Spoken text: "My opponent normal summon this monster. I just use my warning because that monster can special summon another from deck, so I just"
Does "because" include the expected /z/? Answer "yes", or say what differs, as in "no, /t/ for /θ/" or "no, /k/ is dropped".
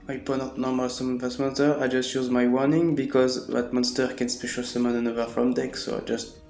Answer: yes